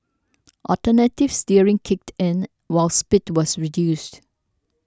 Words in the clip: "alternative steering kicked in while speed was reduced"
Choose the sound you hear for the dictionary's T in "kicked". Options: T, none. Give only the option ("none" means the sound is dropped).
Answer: T